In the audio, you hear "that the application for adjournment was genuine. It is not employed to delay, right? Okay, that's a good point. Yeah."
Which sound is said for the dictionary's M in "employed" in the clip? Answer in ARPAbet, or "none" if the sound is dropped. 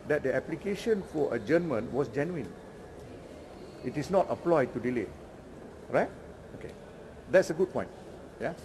none